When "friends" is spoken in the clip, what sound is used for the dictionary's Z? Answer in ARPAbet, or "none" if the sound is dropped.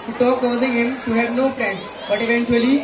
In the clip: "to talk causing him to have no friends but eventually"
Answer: S